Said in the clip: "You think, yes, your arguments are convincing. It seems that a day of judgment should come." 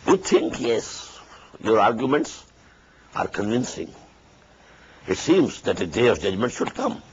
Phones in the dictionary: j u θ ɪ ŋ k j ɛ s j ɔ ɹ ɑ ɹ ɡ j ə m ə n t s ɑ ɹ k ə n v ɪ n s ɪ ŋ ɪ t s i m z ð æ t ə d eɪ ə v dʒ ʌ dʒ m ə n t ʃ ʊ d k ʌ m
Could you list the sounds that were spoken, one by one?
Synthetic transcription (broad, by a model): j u t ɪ ŋ k j ɛ s j ɔ ɹ ɑ ɹ ɡ j ə m ə n t s ɑ ɹ k ə n v ɪ n s ɪ ŋ ɪ t s i m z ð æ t ə d eɪ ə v dʒ ʌ dʒ m ə n t ʃ ʊ d k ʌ m